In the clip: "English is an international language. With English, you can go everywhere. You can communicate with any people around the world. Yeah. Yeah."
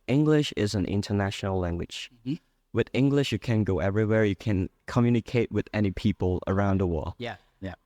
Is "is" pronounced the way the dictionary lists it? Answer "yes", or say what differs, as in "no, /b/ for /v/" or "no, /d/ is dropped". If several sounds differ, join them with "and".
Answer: yes